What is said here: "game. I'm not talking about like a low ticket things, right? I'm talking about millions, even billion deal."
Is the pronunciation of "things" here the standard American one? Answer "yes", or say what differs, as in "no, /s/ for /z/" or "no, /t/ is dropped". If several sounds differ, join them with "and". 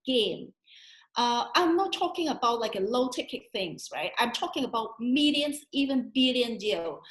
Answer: yes